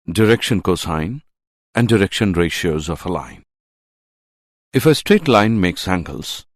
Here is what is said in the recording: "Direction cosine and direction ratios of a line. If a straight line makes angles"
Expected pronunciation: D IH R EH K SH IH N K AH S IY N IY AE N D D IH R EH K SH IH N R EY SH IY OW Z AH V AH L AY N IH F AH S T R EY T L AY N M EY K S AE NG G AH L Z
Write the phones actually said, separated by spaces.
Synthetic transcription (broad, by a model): D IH R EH K SH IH N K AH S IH N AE N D D IH R EH K SH IH N R EY SH IY OW Z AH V AH L AY N IH F AH S T R EY T L AY N M EY K S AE NG G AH L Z